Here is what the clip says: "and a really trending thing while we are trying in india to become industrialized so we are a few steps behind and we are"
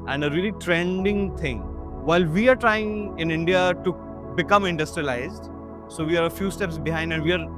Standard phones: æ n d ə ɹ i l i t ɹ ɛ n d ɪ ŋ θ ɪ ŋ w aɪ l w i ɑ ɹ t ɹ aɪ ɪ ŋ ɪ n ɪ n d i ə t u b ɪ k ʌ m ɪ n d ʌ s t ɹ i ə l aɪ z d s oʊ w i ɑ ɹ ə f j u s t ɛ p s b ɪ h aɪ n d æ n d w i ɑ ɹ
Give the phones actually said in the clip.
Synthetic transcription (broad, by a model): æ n d ə ɹ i l i t ɹ ɛ n d ɪ ŋ t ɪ ŋ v aɪ l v i ɑ ɹ t ɹ aɪ ɪ ŋ ɪ n ɪ n d i ə t u b ɪ k ʌ m ɪ n d ʌ s t ɹ i ə l aɪ z d s oʊ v i ɑ ɹ ə f j u s t ɛ p s b ɪ h aɪ n d æ n d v i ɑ ɹ